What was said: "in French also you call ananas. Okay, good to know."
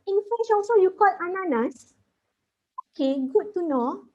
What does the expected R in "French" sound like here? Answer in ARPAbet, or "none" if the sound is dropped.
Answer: none